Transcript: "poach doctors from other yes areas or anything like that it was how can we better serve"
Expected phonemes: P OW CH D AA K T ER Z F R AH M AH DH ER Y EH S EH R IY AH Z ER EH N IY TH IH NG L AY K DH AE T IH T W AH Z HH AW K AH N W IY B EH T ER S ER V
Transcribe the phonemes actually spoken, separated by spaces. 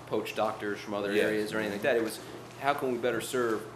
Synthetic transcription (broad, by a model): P OW CH D AA K T ER Z F R AH M AH DH ER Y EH EH R IY AH Z ER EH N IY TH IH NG L AY K DH AE T IH T W AH Z HH AW K AH N W IY B EH T ER S ER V